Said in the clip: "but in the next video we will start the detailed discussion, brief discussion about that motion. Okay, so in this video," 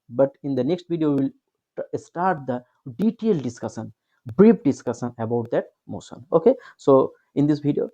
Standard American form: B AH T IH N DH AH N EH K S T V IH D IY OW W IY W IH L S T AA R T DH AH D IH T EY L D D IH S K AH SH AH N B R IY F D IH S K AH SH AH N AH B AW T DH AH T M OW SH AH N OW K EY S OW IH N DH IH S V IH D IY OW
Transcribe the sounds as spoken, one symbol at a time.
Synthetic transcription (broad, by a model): B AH T IH N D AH N EH K S T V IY D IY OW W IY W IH L S T AA R T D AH D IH T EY L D D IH S K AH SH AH N B R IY P D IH S K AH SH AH N AH B AW T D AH T M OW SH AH N OW K EY S OW IH N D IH S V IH D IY OW